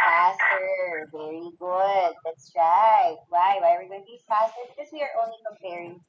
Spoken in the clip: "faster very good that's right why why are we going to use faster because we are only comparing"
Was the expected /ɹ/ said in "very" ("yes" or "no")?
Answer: yes